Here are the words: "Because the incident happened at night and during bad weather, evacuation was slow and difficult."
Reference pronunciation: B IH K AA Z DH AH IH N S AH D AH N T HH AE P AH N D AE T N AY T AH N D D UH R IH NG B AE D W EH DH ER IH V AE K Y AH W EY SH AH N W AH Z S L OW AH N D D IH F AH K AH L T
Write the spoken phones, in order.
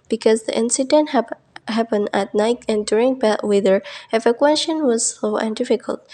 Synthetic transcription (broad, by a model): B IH K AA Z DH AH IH N S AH D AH N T HH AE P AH N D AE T N AY T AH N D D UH R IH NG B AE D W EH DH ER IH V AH K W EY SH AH N W AH Z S OW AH N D D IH F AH K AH L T